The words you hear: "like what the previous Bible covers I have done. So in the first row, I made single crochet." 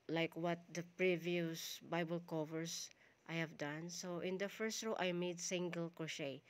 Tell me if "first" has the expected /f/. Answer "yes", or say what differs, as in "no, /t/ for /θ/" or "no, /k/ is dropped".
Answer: yes